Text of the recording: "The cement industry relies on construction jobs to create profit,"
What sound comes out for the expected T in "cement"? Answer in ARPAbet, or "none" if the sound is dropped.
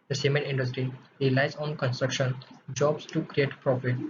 none